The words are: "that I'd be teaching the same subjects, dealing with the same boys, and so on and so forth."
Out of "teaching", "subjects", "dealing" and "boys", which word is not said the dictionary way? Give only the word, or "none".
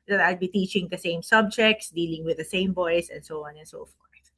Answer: boys